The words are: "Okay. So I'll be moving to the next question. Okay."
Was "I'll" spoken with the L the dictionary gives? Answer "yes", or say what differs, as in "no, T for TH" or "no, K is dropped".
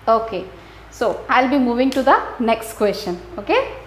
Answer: yes